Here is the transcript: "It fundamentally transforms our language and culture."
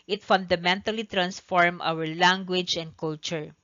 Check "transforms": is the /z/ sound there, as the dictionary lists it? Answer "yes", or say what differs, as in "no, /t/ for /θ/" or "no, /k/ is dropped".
no, /z/ is dropped